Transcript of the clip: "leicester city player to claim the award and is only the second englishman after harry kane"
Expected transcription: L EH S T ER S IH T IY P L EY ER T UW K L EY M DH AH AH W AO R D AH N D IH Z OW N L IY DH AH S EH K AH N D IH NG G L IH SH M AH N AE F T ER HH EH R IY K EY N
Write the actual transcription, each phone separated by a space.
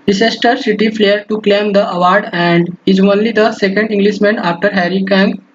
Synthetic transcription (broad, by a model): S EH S T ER S IH T IY F L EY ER T UW K L EY M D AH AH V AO R D AH N D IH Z OW N L IY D AH S EH K AH N D IH NG G L IH SH M AH N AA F T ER HH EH R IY K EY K